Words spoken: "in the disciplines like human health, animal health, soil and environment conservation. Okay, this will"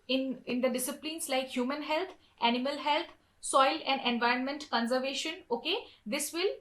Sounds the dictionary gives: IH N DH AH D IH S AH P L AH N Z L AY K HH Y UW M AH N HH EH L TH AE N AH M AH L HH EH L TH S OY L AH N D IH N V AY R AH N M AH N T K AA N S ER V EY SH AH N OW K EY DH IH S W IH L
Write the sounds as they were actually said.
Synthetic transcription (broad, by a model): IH N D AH D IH S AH P L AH N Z L AY K HH Y UW M AH N HH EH L T AE N AH M AH L HH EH L T S OY L AH N D IH N V AY R AH N M AH N T K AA N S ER V EY SH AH N OW K EY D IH S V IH L